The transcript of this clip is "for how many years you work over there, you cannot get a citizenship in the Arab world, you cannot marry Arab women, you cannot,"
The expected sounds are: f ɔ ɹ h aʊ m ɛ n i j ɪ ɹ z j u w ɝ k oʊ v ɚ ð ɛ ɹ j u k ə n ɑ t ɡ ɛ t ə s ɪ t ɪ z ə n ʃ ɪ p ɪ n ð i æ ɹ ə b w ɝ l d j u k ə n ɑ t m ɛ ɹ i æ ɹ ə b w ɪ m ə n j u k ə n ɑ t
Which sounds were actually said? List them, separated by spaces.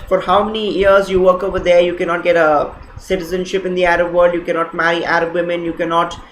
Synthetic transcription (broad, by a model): f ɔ ɹ h aʊ m ɛ n i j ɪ ɹ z j u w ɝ k oʊ v ɚ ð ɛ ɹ j u k ə n ɑ t ɡ ɛ t ə s ɪ t ɪ z ə n ʃ ɪ p ɪ n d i æ ɹ ə b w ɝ l d j u k ə n ɑ t m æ ɹ i æ ɹ ə b w ɪ m ə n j u k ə n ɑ t